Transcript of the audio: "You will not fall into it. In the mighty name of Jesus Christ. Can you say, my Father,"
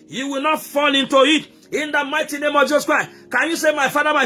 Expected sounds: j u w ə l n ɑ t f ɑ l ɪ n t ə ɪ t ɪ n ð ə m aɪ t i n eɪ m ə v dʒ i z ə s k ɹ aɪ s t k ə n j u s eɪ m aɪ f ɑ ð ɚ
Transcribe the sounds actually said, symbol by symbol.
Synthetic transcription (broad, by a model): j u w ə l n ɑ t f ɑ l ɪ n t ə ɪ t ɪ n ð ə m aɪ t i n eɪ m ə v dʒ i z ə s k ɹ aɪ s k ə n j u s eɪ m aɪ f ɑ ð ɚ